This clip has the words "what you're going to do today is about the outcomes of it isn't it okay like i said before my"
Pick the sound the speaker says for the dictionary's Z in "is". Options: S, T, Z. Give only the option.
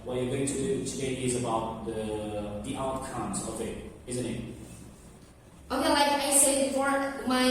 Z